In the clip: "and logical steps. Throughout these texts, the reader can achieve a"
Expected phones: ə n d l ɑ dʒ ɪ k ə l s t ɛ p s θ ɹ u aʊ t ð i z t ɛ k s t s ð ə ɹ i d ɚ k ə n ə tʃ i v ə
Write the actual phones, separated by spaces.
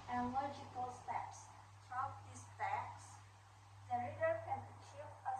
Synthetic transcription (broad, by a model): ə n l ɑ dʒ ɪ k ə l s t ɛ p s t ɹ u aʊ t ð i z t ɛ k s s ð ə ɹ i d ɚ k ə n ə tʃ i v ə